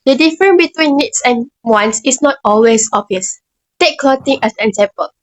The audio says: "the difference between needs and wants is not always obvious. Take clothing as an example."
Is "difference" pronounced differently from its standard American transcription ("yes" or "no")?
yes